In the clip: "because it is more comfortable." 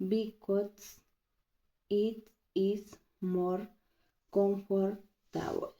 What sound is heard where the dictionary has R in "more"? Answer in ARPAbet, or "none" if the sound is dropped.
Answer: R